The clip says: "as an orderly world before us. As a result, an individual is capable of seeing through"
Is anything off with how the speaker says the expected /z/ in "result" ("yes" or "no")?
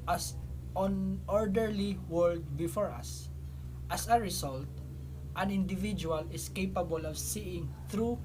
yes